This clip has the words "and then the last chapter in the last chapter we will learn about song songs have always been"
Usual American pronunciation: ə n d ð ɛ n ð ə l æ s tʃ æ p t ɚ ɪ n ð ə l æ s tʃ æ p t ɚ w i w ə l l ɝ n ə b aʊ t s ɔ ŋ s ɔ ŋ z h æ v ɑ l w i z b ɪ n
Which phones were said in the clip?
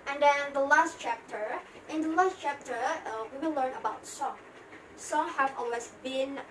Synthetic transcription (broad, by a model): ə n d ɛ n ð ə l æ s tʃ æ p t ɚ ɪ n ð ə l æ s tʃ æ p t ɚ w i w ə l l ɝ n ə b aʊ t s ɔ ŋ s ɔ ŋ h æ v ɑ l w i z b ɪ n